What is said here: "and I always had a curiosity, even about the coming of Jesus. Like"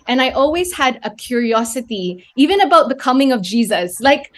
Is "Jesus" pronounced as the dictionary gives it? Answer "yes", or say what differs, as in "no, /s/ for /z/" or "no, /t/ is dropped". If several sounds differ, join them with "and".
yes